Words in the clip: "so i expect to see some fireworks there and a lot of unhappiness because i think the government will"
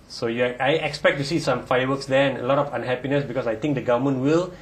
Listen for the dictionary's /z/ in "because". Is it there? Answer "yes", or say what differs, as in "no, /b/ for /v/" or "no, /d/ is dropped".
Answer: no, /s/ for /z/